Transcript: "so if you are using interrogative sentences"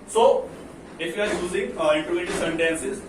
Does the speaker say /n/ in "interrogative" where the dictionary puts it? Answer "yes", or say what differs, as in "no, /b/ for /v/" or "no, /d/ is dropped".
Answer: no, /n/ is dropped